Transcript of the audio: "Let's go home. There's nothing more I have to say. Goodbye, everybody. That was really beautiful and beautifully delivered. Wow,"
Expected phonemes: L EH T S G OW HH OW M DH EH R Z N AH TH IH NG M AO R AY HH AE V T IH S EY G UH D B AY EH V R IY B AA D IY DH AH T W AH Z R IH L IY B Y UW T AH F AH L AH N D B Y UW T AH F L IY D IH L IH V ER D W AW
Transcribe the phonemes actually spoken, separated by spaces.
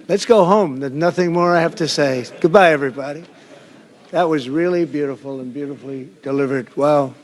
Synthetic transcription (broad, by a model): L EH T S G OW HH OW M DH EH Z N AH TH IH NG M AO R AY HH AE F T IH S EY G UH D B AY EH V R IY B AA D IY DH AH T W AH Z R IH L IY B Y UW T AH F L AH N B Y UW T AH F L IY D IH L IH V ER D W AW